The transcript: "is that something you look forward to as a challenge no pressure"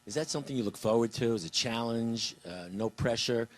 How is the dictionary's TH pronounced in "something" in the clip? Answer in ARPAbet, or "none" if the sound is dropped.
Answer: TH